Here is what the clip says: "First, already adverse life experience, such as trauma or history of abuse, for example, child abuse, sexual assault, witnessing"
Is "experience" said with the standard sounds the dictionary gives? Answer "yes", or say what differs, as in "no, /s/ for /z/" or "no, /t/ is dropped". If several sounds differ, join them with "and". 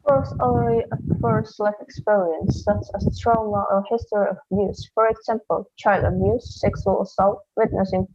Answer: yes